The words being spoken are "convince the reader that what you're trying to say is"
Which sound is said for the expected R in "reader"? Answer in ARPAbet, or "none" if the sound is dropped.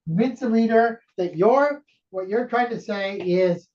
L